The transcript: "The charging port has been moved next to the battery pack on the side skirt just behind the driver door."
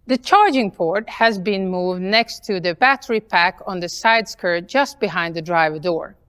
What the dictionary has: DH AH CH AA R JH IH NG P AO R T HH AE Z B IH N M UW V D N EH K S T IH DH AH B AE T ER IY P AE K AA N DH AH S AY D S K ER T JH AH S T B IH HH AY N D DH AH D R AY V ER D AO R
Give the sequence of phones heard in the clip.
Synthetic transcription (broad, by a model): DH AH CH AA R JH IH NG P AO R T HH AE Z B IH N M UW V D N EH K S T IH DH AH B AE T ER IY P AE K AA N DH AH S AY D S K ER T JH AH S T B IH HH AY N D DH AH D R AY V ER D AO R